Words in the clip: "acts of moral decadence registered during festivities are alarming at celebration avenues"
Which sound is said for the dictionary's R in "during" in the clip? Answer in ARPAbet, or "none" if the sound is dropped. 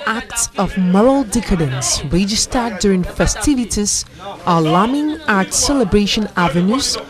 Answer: R